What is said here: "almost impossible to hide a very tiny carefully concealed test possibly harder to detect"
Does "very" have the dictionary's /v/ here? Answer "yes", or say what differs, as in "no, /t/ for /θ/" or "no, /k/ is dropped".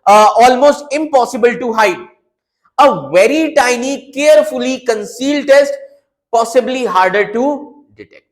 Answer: yes